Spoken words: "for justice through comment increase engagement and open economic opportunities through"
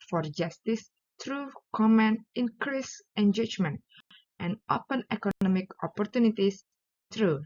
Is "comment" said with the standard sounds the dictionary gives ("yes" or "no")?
no